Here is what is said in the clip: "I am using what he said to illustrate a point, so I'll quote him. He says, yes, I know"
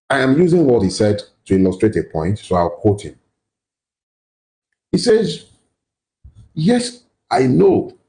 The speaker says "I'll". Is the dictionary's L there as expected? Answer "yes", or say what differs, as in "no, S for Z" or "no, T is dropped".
no, W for L